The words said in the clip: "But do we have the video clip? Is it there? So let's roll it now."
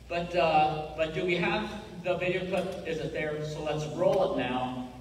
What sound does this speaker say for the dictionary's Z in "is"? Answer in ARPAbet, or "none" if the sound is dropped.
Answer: Z